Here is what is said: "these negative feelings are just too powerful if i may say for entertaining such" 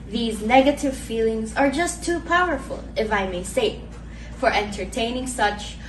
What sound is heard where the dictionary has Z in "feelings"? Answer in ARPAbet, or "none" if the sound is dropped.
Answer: Z